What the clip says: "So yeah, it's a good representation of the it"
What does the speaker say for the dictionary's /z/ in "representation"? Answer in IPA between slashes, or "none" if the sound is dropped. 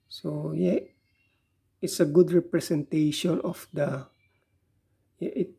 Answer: /s/